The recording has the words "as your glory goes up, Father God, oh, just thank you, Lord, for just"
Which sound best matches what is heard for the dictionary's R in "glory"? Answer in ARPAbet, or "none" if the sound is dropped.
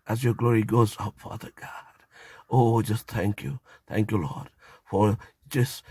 R